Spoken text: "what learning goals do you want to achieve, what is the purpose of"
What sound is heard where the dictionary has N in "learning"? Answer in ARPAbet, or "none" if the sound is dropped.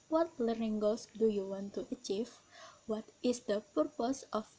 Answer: none